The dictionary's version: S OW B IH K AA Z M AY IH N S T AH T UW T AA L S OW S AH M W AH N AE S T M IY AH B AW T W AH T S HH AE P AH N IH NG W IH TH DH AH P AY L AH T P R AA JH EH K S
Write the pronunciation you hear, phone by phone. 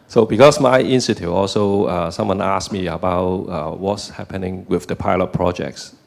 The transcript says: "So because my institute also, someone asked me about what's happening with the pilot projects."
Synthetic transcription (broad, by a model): S OW B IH K AA S M AY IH N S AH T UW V AA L S OW S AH M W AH N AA S M IY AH B AW T W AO T S HH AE P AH N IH NG W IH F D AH P AY L AH T P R AA JH EH K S